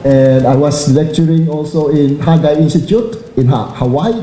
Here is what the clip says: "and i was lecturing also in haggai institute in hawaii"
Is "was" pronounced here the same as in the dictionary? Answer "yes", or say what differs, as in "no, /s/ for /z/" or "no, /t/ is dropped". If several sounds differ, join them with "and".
no, /s/ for /z/